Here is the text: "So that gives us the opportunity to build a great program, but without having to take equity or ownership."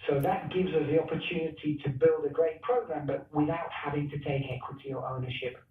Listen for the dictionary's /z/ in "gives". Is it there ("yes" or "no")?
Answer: yes